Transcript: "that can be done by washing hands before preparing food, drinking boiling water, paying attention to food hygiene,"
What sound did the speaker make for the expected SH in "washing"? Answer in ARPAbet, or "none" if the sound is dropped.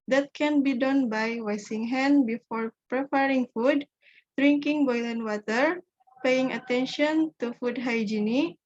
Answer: S